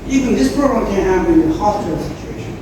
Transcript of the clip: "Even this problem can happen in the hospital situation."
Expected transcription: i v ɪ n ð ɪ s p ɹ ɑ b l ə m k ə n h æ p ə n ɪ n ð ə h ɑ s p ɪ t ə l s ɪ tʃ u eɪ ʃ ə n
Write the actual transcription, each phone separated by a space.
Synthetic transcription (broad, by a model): i v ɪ n ð ɪ s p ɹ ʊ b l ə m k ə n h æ ə ɪ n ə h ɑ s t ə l s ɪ tʃ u eɪ ʃ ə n